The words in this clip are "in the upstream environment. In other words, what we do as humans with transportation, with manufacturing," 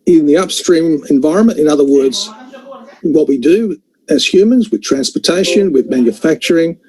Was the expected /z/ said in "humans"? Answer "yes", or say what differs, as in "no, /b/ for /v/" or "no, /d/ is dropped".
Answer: yes